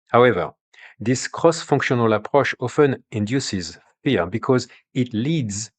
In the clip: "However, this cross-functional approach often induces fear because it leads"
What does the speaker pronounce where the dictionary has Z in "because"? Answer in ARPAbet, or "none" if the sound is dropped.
Z